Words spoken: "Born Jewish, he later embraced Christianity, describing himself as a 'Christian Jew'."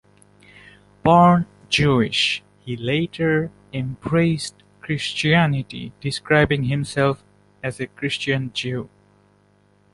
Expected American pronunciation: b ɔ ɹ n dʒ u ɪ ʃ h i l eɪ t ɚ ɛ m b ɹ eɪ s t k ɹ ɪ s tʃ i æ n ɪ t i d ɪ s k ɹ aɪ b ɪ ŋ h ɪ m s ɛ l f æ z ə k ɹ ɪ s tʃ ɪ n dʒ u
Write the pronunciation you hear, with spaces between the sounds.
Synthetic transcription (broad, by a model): b ɔ ɹ n dʒ u ɪ ʃ h i l eɪ t ɚ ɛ m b ɹ eɪ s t k ɹ ɪ s tʃ i æ n ɪ t i d ɪ s k ɹ aɪ b ɪ ŋ h ɪ m s ɛ l f æ z ə k ɹ ɪ s tʃ ɪ n dʒ u